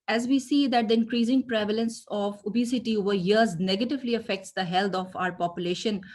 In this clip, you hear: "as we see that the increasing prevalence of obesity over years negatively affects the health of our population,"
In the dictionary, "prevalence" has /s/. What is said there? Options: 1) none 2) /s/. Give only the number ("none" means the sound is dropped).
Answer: 2